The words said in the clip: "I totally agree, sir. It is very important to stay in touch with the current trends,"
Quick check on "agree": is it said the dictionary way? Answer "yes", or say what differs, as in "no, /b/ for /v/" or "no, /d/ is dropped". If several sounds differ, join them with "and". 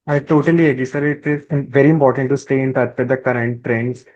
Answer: no, /ɹ/ is dropped